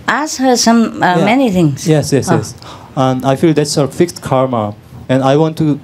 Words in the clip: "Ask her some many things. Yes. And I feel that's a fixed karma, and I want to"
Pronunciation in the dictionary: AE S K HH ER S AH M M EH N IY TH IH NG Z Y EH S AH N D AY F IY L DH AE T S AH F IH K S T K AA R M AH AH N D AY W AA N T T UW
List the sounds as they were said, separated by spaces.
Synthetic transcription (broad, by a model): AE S HH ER S AH M M EH N IY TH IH NG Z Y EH S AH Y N AY F IY L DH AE T S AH F IH K S T K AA R M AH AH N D AY W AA N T T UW